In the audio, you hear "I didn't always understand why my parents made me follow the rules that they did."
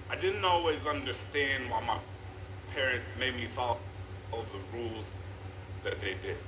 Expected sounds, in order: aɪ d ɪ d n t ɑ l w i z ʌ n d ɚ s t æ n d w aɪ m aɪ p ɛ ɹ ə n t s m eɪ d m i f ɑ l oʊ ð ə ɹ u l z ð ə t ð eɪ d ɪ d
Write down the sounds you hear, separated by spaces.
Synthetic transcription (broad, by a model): aɪ d ɪ d n t ɑ l w i z ʌ n d ɚ s t æ n d w aɪ m aɪ p ɛ ɹ ə n t s m eɪ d m i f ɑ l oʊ ð ə ɹ u l z ð ə t ð eɪ d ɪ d